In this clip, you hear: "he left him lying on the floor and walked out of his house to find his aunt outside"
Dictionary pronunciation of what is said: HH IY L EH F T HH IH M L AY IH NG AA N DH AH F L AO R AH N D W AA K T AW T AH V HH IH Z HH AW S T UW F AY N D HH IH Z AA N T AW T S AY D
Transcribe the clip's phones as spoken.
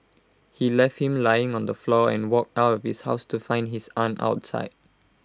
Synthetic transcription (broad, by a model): HH IY L EH F T HH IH M L AY IH NG AA N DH AH F L AO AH N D W AA K T AW T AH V HH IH S HH AW S T UW F AY N D HH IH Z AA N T AW T S AY D